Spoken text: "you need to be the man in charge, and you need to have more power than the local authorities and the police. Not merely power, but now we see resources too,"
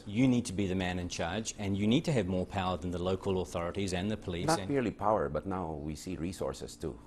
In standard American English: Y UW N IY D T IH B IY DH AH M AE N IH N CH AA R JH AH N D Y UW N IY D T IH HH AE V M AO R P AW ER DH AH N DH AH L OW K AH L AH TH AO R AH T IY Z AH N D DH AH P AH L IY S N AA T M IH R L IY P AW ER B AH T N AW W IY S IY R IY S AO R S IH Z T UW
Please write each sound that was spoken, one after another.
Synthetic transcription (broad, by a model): Y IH N IY D T IH B IY DH AH M AE N IH N CH AA R JH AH N Y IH N IY D T IH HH V M AO R P AW ER DH AH N DH AH L OW K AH L AH TH AO R AH T IY Z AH N DH AH P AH L IY N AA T M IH R L IY P AW ER B AH T N AW W IY S IY R IY S AO R S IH S T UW